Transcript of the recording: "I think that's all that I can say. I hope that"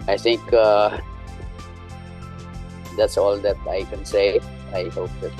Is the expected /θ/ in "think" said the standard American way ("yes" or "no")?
no